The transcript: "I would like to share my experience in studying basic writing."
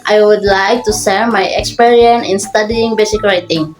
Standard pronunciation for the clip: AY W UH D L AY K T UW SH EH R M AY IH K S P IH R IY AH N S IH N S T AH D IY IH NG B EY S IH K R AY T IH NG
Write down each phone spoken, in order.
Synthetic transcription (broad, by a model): AY W UH D L AY K T UW S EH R M AY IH K S P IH R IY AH N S IH N S T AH D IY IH NG B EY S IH K R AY T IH NG